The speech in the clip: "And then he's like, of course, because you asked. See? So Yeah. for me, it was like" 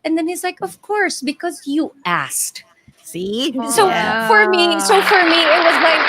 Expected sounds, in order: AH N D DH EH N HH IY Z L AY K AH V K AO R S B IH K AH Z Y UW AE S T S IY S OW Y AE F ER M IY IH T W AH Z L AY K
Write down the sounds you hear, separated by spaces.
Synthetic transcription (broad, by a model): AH N DH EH N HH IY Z L AY K AH V K AO R S B IH K AH Z Y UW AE S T S IY S OW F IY F ER M IY IH T W AH Z L AY K